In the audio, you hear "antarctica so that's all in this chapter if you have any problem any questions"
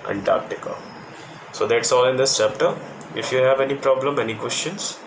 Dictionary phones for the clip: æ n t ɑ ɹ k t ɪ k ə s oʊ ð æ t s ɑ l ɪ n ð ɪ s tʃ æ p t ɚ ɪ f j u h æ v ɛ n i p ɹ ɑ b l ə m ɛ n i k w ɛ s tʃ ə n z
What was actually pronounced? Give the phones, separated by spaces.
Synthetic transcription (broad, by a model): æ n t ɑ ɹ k t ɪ k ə s oʊ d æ t s ɑ l ɪ n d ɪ s tʃ æ p t ɚ ɪ f j u h æ v ɛ n i p ɹ ɑ b l ə m ɛ n i k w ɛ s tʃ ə n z